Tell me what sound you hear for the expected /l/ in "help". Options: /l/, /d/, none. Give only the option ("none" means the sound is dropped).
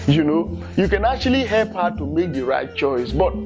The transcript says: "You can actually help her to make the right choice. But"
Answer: /l/